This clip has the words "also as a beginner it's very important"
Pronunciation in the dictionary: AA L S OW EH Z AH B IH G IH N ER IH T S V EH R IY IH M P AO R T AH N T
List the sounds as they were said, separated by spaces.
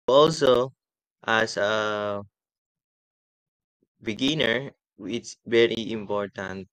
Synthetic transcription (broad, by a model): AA L S OW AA S AH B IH G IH N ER IH T S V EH R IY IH M P AO R T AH N T